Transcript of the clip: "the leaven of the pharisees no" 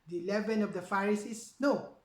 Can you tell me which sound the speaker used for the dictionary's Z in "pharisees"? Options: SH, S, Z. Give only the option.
S